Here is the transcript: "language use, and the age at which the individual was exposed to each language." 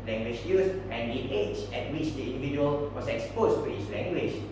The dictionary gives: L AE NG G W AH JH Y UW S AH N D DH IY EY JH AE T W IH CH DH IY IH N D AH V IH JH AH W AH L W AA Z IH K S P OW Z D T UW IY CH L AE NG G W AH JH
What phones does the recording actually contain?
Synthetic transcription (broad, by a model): L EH NG G W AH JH Y UW S AH N D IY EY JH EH T W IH CH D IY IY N D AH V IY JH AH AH L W AA S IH K S P OW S T UW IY S L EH NG G W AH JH